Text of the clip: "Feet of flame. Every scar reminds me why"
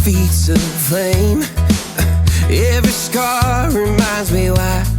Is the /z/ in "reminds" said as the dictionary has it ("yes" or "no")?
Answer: yes